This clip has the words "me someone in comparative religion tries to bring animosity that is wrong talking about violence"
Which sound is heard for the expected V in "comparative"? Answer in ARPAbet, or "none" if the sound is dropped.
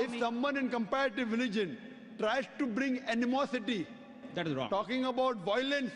V